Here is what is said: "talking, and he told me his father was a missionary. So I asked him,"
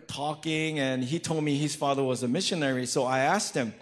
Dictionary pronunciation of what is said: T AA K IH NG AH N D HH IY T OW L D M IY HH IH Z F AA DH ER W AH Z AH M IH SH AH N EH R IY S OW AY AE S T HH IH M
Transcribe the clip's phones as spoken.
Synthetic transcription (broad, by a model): T AA K IH NG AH N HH IY T OW L D M IY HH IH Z F AA DH ER W AH Z AH M IH SH AH N EH R IY S OW AY AE S T HH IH M